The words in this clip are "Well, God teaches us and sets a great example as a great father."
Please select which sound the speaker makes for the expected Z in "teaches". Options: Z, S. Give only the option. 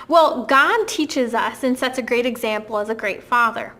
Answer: Z